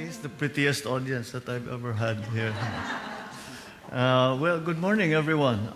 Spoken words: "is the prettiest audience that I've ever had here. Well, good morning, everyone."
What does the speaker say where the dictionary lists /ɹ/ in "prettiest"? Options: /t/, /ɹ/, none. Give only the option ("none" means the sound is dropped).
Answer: /ɹ/